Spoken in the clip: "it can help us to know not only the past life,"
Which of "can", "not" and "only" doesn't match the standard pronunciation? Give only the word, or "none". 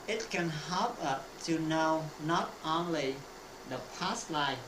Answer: none